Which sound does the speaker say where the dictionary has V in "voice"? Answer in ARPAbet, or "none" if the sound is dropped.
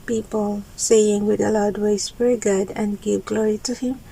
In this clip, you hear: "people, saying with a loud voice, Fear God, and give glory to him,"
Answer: W